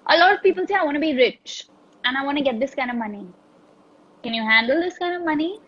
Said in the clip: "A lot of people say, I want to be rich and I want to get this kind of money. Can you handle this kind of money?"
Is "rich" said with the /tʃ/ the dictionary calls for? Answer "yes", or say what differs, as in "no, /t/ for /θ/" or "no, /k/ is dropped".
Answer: yes